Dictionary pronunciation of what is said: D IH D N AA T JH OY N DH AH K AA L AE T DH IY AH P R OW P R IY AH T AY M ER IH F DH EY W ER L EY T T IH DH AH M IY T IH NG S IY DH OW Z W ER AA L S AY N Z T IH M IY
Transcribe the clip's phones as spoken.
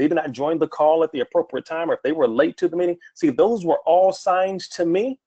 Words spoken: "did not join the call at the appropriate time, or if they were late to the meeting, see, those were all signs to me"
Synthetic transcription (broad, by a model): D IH D N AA T JH OY N DH AH K AA L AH T DH IY AH P R OW P R IY AH T AY M ER IH F DH EY W ER L EY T T IH DH AH M IY T IH NG S IY DH OW Z W ER AA L S AY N T IH M IY